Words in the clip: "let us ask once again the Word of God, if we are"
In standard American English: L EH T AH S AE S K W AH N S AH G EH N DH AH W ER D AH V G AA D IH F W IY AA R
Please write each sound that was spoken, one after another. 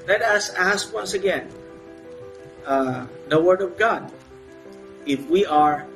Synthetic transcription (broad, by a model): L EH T AH S AE S K W AH N S AH G EH N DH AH W ER D AH V G AA D IH F W IY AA R